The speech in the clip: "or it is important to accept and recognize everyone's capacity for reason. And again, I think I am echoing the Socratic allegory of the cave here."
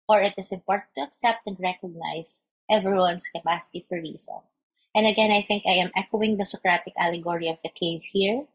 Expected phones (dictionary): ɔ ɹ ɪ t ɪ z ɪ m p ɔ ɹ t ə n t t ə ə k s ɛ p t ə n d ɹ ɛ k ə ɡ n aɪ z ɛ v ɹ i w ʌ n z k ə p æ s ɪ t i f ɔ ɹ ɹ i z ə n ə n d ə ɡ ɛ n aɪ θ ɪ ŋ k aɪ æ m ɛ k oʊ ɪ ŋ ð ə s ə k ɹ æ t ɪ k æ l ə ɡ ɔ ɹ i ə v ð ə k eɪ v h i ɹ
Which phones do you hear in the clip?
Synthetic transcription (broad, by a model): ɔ ɹ ɪ t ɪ s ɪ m p ɔ ɹ t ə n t t ə ə k s ɛ p t ə n d ɹ ɛ k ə ɡ n aɪ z ɛ v ɹ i w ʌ n s k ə p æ s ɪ t i f ɔ ɹ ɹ i s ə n ə n d ə ɡ ɛ n aɪ θ ɪ ŋ k aɪ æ m ɛ k oʊ ɪ ŋ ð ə s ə k ɹ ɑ t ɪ k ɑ l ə ɡ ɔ ɹ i ə v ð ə k eɪ v h i ɹ